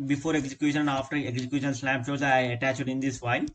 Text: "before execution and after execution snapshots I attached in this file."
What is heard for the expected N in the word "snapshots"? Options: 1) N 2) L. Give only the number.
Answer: 2